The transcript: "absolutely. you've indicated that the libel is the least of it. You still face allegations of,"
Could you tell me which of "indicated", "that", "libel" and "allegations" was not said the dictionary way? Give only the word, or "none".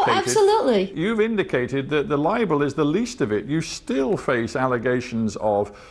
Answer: none